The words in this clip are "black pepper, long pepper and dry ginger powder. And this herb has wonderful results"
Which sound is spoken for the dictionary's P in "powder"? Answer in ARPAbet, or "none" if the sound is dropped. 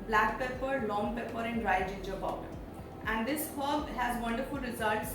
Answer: B